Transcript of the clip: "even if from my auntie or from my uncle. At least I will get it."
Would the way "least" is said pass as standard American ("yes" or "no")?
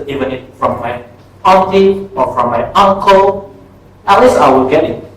no